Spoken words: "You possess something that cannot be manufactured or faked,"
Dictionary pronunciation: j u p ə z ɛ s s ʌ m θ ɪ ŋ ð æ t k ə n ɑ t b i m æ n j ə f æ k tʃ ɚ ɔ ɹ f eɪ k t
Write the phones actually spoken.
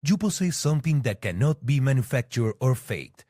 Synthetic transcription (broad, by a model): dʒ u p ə s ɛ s s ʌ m t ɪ ŋ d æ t k ə n ɑ t b i m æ n j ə f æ k tʃ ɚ ɔ ɹ f eɪ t